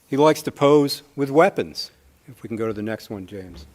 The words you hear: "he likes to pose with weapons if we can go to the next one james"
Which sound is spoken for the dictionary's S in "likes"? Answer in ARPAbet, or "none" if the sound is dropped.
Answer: S